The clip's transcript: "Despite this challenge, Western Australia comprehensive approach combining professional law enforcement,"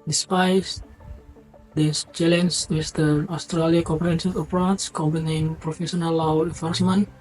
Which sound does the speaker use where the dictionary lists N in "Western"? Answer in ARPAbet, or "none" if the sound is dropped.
none